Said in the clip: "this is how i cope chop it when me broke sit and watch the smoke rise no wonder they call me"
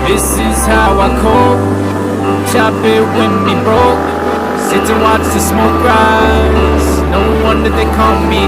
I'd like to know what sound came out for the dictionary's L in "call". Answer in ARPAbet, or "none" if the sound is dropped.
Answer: N